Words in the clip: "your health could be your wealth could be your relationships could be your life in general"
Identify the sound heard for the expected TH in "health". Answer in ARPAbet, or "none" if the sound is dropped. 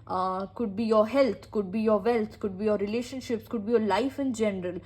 T